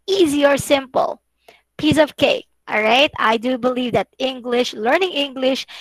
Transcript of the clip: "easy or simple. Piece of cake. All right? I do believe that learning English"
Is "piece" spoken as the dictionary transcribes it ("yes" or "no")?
yes